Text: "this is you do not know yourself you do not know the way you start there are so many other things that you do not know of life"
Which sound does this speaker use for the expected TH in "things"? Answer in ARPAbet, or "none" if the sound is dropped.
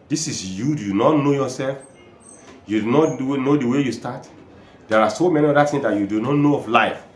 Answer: T